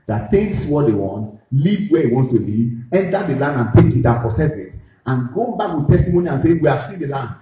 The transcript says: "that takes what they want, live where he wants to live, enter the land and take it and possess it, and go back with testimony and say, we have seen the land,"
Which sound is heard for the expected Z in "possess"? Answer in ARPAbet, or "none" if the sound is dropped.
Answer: S